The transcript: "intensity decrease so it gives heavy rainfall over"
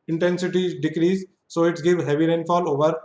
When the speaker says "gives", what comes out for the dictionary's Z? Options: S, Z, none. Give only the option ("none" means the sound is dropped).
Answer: none